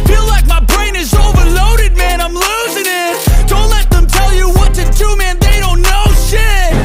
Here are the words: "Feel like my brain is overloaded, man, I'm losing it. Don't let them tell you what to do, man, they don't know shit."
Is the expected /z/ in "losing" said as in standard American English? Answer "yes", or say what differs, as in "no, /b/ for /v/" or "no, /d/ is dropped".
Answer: yes